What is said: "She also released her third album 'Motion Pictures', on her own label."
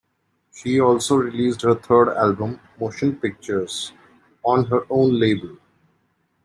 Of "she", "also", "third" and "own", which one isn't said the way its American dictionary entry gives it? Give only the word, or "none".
third